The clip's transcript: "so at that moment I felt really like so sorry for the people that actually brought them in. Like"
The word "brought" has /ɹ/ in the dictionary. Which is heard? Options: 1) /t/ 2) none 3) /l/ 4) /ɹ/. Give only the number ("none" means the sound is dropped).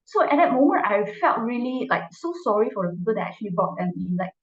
2